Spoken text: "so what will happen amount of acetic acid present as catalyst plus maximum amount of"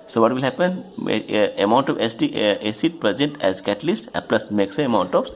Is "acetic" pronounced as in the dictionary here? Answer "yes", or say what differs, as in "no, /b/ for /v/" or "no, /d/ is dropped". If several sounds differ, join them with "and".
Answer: no, /k/ is dropped